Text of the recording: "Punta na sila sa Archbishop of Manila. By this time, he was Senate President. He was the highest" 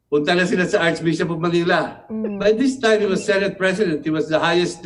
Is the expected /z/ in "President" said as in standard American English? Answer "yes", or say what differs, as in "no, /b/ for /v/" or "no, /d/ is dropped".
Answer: no, /s/ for /z/